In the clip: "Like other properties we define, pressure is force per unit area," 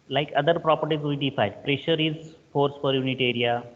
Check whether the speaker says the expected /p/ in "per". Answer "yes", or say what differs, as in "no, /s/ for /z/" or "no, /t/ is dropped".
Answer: no, /f/ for /p/